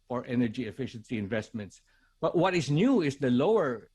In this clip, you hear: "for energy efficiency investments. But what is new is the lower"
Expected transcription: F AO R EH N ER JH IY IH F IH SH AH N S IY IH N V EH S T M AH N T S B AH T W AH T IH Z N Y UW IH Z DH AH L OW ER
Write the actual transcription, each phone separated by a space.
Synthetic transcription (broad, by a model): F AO R EH N ER JH IY IH F IH SH AH N S IY IH N V EH S T M AH N T S B AH T W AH T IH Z N Y UW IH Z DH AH L OW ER